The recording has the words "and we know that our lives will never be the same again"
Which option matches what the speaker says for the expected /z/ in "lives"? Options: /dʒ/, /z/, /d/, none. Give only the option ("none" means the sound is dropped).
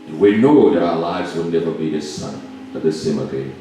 /z/